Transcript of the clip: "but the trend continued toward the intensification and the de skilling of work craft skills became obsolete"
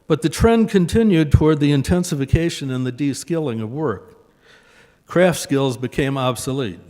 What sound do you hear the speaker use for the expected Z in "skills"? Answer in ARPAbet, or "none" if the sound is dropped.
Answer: Z